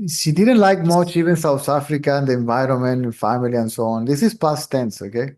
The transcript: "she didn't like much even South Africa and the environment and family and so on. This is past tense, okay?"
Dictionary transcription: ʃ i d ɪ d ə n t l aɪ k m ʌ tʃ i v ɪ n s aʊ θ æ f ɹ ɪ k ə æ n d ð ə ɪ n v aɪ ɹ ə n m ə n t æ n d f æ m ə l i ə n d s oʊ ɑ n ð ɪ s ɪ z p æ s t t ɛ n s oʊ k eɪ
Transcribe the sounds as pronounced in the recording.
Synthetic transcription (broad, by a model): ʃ i d ɪ d ə n t l aɪ k m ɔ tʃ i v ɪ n s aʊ t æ f ɹ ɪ k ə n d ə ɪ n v aɪ ɹ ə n m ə n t f æ m ə l i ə n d s oʊ ɑ n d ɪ s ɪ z p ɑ s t t ɛ n s oʊ k eɪ